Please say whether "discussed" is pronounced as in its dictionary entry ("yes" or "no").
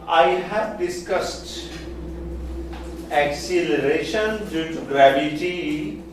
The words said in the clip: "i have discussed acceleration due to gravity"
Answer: yes